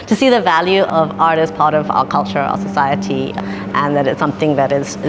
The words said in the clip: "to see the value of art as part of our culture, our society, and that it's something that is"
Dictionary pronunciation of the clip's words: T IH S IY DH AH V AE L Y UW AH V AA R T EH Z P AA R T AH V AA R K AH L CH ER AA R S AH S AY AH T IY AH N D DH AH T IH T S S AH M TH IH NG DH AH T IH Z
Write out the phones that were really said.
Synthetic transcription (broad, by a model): T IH S IY DH AH V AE L Y UW AH V AA R T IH S P AA R T AH V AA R K AH L CH ER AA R S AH S AY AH T IY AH N DH AH T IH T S S AH M TH IH NG DH AH T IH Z